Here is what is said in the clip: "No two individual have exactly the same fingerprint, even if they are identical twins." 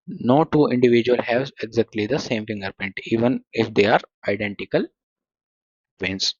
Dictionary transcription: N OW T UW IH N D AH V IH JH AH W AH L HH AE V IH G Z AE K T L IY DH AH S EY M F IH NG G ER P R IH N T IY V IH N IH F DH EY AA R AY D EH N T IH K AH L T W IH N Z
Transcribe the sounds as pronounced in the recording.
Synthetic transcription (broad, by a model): N OW T UW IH N D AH V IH JH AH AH L HH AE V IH G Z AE K T L IY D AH S EY M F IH NG G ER P AO N T IY V IH N IH F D EY AA R AY D EH N T IH K AH L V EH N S